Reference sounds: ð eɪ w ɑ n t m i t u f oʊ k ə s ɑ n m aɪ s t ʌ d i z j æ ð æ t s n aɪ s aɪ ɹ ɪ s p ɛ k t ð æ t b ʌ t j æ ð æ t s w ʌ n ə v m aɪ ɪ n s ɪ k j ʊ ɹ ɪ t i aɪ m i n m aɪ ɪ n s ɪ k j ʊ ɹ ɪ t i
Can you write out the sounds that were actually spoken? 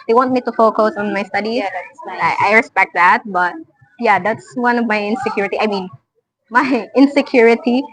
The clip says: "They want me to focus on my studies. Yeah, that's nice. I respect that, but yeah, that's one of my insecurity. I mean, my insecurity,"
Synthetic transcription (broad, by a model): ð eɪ w ɑ n t m i t u f oʊ k ə s ɑ n m aɪ s t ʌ d i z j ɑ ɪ t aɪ aɪ ɹ ɪ s p ɛ k t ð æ t b ʌ t j æ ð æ t s w ʌ n ə v m aɪ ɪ n s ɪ k j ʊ ɹ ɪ t i aɪ m i n m aɪ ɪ n s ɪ k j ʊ ɹ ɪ t i